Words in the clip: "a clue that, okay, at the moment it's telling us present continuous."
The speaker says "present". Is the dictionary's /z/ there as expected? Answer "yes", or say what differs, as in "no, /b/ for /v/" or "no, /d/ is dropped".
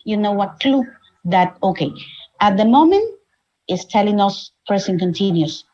no, /s/ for /z/